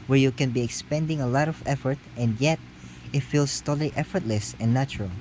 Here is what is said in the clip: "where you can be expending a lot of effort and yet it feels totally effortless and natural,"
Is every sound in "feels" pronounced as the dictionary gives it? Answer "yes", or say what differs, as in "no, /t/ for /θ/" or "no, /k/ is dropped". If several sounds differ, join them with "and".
no, /s/ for /z/